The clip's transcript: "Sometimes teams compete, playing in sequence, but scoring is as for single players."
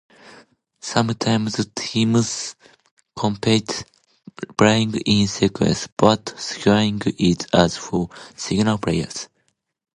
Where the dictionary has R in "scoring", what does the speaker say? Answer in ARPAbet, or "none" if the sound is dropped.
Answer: none